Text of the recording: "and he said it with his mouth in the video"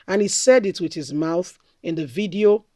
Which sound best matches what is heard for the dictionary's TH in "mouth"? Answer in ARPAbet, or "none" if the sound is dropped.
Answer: TH